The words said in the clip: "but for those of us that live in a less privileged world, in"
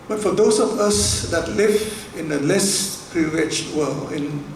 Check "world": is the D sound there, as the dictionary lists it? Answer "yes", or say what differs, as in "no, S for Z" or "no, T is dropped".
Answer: no, D is dropped